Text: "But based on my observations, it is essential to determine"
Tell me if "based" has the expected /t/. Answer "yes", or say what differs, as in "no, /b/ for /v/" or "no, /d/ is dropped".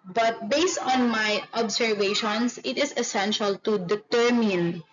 yes